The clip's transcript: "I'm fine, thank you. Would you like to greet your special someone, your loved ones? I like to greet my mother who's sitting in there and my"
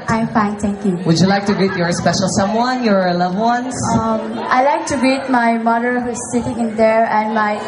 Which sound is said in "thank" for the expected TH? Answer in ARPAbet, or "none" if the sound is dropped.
T